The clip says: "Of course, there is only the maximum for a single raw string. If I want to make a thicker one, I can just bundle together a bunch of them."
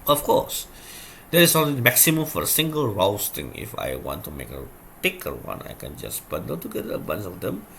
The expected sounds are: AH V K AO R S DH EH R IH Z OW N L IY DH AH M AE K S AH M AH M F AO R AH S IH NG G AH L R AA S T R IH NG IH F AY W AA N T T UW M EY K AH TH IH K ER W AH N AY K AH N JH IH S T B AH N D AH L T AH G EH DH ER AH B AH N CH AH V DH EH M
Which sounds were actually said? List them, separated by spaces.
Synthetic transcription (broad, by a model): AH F K AO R S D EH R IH S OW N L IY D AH M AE K S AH M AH M F AO R AH S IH NG G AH L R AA S T IH NG IH F AY W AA N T T UW M EY K AH T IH K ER W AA N AY K AH N JH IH S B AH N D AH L T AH G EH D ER AH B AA N S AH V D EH M